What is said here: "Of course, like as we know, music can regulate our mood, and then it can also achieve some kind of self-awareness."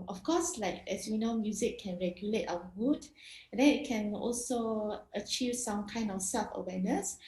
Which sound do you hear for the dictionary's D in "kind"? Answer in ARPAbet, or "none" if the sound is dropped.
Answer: D